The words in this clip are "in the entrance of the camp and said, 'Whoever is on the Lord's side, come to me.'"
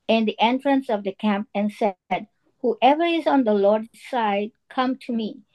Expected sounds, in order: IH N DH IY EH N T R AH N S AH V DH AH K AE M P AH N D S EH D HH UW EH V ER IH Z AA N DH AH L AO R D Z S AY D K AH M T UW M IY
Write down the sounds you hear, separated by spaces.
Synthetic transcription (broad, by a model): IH N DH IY EH N T R AH N S AH V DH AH K AE M P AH N S EH D HH UW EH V ER IH Z AA N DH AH L AO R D S AY D K AH M T UW M IY